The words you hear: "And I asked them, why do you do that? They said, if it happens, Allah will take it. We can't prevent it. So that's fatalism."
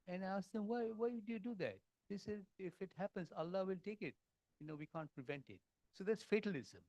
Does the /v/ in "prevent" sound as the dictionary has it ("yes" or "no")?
yes